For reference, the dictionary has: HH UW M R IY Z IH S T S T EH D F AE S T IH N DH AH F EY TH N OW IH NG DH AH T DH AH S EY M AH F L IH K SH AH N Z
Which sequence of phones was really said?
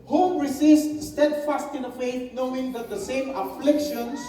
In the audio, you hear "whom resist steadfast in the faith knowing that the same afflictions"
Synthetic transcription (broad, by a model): HH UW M R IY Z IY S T S T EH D F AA S T IH N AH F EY T N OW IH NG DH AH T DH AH S EY M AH F L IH K SH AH N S